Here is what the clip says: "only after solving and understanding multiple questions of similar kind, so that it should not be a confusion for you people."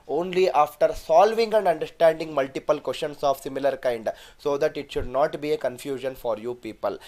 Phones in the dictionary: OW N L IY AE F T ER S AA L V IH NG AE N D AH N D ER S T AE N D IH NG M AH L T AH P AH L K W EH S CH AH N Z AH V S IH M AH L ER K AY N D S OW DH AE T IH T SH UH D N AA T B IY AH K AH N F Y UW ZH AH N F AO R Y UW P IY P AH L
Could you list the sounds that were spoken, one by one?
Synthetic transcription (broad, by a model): OW N L IY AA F T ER S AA L V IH NG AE N D AH N D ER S T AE N D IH NG M AH L T AH P AH L K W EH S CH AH N S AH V S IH M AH L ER K AY N D S OW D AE T IH T SH UH D N AA T B IY AH K AH N F Y UW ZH AH N F AO R Y UW P IY P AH L